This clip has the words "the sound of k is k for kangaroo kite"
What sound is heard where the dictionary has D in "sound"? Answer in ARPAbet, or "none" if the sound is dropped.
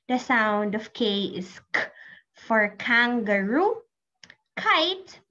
D